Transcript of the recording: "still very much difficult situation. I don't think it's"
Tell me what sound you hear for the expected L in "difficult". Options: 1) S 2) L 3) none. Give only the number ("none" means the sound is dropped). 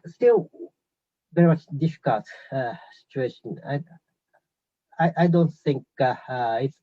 2